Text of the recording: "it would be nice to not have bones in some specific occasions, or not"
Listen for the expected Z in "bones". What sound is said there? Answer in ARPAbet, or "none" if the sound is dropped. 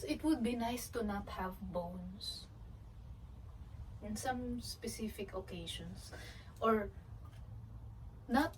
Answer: S